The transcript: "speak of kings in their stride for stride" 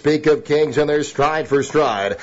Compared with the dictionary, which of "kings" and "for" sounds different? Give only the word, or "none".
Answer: none